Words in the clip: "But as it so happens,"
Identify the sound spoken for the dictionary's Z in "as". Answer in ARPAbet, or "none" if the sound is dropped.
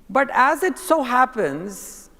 Z